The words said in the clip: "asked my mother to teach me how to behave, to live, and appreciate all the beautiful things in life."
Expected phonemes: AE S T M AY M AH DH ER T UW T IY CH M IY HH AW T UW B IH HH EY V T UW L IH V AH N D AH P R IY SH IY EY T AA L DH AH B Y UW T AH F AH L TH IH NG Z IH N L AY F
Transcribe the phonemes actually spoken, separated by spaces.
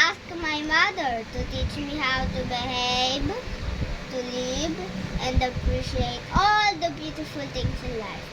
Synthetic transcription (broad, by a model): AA S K M AY M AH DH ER T UW T IY CH M IY HH AW T UW B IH HH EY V T UW L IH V AH N D AH P R IY SH IY EY T AA L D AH B Y UW T AH F AH L T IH NG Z IH N L AY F